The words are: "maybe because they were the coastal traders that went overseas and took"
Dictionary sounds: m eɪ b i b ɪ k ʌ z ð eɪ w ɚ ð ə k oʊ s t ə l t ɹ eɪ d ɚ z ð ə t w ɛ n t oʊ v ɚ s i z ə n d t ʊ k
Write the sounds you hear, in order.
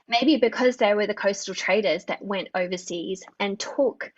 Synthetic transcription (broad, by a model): m eɪ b i b ɪ k ʌ z ð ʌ w ɚ ð ə k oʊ s t l t ɹ eɪ d ɚ z ð ə t w ɛ n t oʊ v ɚ s i z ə n t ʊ k